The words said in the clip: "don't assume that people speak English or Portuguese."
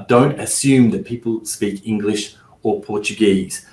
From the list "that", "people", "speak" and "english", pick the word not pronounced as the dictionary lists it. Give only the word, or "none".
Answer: none